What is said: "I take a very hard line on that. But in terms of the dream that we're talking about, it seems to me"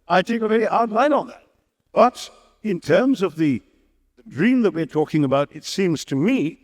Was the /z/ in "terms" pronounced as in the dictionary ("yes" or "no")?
yes